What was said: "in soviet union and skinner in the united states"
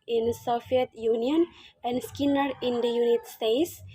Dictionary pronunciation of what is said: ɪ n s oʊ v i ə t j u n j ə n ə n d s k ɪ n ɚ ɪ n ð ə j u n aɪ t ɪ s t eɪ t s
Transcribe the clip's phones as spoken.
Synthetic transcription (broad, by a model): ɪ n s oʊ f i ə t j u n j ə n ə n d s k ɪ n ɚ ɪ n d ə j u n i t s t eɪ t s